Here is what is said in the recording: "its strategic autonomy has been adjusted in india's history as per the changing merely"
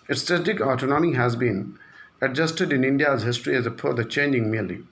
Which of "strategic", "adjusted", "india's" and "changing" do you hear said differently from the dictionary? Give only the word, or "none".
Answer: strategic